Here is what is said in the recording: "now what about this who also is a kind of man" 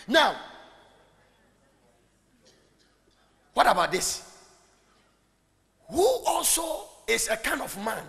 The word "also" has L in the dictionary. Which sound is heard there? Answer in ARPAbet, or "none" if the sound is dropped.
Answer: L